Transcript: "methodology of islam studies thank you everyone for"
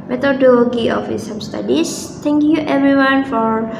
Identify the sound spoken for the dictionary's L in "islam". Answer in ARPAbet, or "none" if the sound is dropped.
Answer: none